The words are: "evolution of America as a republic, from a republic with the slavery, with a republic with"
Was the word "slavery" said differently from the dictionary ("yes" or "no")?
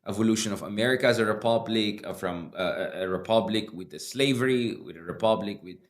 no